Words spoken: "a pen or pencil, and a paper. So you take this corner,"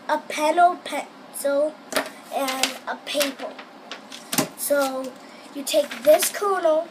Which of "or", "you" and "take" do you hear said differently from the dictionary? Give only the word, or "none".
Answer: or